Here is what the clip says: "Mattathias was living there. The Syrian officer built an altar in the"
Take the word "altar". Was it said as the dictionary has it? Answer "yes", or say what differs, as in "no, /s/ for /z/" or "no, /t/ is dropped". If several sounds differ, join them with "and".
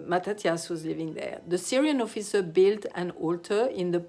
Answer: yes